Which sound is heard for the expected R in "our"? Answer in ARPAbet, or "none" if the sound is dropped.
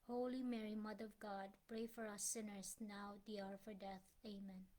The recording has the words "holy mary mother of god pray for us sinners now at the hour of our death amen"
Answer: R